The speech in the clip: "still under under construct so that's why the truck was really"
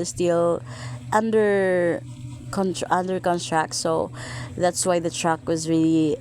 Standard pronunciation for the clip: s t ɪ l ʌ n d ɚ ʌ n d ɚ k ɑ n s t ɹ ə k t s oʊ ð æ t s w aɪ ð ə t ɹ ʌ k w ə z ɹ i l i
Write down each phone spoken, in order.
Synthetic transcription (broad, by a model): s t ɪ l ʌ n d ɚ ʌ n d ɚ k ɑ n t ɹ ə k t s oʊ ð æ t s w aɪ ð ə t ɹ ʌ k w ə z ɹ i l i